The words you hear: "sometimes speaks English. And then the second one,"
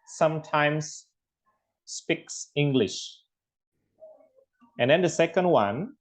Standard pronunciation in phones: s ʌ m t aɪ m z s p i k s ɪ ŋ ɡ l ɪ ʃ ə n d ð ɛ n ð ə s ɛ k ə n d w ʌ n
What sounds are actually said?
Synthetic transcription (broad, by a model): s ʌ m t aɪ m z s p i k s ɪ ŋ ɡ l ɪ ʃ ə n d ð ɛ n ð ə s ɛ k ə n d w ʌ n